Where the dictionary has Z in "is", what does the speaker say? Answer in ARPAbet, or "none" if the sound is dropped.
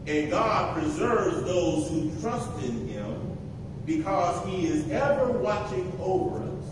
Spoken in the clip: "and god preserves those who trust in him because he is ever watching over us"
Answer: Z